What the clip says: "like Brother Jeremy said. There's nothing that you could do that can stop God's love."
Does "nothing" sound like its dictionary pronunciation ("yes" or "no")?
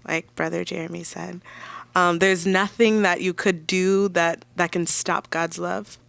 yes